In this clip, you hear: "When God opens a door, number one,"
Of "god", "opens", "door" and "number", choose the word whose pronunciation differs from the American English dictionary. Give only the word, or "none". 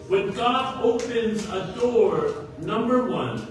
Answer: none